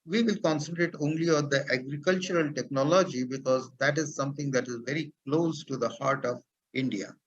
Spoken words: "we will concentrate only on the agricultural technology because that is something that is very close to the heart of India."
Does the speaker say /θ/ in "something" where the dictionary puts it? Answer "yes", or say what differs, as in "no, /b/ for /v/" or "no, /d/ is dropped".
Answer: no, /t/ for /θ/